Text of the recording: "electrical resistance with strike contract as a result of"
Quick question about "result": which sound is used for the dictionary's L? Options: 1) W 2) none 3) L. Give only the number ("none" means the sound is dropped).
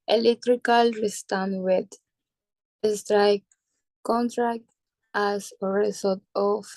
2